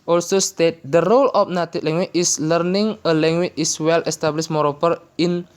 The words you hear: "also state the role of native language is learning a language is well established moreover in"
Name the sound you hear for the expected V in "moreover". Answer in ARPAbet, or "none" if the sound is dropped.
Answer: P